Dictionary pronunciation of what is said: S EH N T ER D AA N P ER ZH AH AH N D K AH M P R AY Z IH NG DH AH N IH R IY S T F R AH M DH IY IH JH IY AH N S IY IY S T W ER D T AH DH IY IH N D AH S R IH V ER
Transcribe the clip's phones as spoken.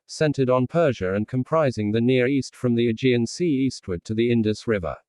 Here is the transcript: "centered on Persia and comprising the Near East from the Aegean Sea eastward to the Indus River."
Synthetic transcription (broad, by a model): S EH N T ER D N P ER ZH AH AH N K AH M P R AY Z IH NG DH AH N IH R IY S T F R AH M DH IY IH JH IY AH N S IY IY S T W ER D T AH DH IY IH N D AH S R IH V ER